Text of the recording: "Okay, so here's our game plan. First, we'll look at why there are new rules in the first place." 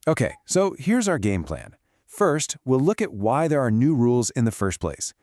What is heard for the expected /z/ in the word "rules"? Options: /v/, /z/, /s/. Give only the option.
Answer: /z/